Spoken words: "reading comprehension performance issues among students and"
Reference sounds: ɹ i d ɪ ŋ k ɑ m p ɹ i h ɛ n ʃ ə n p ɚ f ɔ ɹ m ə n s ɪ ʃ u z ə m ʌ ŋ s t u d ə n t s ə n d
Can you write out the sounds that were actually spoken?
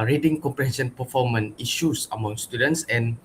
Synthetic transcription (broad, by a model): ɹ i d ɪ ŋ k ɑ m p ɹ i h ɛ n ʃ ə n p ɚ f ɔ m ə n i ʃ u s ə m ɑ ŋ s t u d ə n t s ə n